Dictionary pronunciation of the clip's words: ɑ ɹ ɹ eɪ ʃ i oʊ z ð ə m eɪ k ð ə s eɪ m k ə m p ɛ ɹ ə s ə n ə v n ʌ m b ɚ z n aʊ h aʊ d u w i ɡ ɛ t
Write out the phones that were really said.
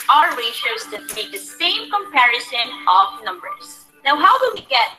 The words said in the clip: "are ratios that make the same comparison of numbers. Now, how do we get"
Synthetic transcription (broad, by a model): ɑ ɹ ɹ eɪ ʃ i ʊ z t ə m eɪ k ð ə s eɪ m k ə m p ɛ ɹ ə s ə n ə v n ʌ m b ɚ z n aʊ h aʊ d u w i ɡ ɛ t